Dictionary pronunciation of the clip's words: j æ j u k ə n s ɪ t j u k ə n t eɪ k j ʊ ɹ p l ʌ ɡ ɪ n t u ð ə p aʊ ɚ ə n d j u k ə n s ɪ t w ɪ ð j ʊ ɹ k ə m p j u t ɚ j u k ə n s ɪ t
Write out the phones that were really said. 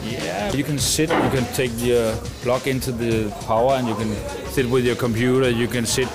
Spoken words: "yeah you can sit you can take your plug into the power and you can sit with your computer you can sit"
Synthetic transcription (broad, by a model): j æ j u k ə n s ɪ t j u k ə n t eɪ k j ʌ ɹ b l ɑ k ɪ n t u ð ə p aʊ ɚ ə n j u k ə n s ɪ t w ɪ ð j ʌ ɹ k ə m p j u t ɚ j u k ə n s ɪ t